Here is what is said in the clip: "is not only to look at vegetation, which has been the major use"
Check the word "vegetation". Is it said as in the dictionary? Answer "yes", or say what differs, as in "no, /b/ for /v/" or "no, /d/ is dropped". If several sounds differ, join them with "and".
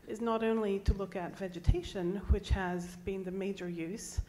yes